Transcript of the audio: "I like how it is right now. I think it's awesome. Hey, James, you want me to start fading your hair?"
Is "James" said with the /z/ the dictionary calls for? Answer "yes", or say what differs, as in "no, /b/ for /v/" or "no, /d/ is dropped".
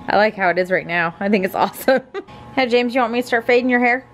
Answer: yes